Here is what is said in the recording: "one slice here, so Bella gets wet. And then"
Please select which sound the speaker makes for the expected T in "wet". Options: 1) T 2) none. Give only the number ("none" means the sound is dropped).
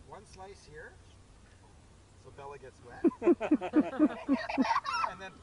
2